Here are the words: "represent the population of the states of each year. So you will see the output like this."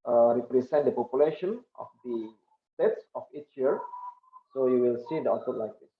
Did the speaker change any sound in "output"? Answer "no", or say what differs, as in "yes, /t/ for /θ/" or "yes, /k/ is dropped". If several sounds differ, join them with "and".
yes, /p/ is dropped